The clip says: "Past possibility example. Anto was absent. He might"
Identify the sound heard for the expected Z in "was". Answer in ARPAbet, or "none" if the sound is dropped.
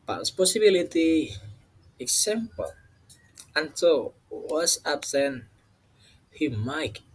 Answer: S